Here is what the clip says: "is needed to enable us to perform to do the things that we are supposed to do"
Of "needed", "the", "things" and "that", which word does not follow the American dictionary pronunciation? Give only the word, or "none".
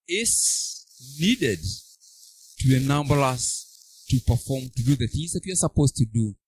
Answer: none